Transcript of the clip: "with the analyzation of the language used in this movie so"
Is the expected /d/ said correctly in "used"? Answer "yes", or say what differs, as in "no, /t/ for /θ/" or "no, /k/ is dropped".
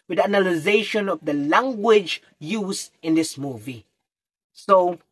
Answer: no, /d/ is dropped